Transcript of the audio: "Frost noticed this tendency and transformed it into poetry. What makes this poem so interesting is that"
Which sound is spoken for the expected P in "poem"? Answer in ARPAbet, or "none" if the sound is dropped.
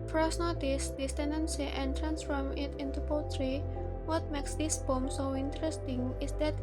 B